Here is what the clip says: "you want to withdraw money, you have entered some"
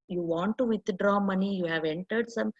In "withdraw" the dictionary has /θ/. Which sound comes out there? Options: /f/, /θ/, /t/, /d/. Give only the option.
/t/